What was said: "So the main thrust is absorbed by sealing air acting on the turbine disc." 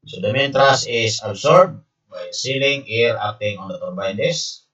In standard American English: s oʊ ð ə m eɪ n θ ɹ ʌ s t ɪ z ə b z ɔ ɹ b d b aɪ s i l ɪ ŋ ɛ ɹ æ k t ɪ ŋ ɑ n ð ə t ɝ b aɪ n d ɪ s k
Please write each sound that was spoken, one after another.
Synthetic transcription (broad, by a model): s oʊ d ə m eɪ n t ɹ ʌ s ɪ s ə b s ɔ ɹ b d b aɪ s i l ɪ ŋ ɛ ɹ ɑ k t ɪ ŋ ɑ n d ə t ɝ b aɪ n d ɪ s